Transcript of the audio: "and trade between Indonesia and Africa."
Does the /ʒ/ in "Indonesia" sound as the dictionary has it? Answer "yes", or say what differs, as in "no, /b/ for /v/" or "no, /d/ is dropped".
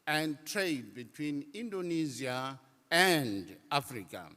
no, /z/ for /ʒ/